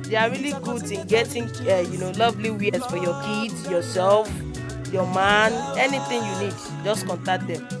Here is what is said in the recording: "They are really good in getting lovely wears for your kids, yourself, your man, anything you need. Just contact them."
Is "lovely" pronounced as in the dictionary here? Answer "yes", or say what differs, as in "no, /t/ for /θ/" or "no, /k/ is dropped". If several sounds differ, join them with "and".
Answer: yes